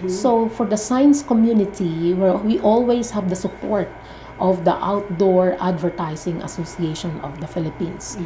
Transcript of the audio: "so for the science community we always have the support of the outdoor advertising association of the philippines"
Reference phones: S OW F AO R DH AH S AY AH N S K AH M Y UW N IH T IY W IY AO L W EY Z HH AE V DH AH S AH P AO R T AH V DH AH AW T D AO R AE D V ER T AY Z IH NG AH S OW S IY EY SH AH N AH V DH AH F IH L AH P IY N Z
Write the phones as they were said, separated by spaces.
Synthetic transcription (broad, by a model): S OW F AO R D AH S AY N S K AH M Y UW N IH T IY W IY AO L W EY S HH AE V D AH S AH P AO R T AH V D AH AW T D AO R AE D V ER T AY S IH NG AH S OW S IY EY SH AH N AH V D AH F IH L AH P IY N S